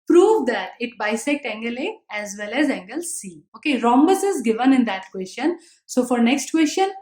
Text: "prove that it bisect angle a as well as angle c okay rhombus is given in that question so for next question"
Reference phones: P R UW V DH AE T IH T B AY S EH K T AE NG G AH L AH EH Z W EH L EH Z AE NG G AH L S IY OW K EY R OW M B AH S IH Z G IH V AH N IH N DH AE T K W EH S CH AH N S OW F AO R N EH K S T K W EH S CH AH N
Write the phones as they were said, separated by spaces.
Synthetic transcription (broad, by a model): P R UW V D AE T IH T B AY S EH K T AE NG G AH L AH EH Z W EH L EH Z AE NG G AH L S IY OW K EY R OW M B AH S IH Z G IH V AH N IH N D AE T K W EH S CH AH N S OW F AO R N EH K S T K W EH S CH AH N